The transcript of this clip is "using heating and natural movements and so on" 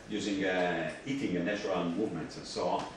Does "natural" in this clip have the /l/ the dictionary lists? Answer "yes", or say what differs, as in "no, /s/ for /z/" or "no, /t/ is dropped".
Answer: no, /n/ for /l/